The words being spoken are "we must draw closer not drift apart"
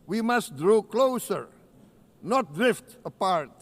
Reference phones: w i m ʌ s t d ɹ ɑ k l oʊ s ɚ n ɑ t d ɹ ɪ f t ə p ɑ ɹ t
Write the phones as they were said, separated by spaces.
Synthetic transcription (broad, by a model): w i m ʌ s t d ɹ ɑ k l oʊ s ɚ n ɑ t d ɹ ɪ f t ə p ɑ ɹ t